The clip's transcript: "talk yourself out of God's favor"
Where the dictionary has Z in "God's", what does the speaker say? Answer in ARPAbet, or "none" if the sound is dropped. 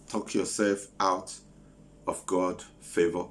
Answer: none